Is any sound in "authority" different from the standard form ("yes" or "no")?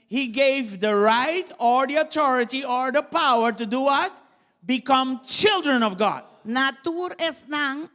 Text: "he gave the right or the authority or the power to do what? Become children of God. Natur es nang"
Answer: yes